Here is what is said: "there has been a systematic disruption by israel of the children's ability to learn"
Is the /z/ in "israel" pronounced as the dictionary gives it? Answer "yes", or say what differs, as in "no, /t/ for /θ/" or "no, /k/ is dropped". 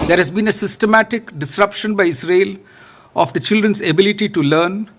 no, /s/ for /z/